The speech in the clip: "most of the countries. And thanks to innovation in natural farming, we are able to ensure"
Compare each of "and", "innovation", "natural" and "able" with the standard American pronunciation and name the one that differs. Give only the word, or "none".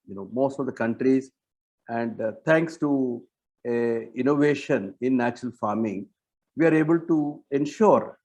none